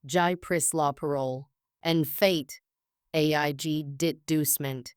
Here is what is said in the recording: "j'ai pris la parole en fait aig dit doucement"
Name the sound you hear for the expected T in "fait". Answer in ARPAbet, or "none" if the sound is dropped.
T